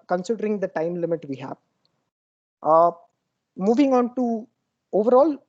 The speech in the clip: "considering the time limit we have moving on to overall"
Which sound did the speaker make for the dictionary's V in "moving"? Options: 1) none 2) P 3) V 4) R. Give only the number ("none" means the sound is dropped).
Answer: 3